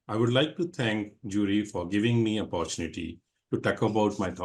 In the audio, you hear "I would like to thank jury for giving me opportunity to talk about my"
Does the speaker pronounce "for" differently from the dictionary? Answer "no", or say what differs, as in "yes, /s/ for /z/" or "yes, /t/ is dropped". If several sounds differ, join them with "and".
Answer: no